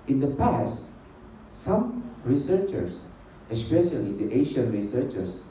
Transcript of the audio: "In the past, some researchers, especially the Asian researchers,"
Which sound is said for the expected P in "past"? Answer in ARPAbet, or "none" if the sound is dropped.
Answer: P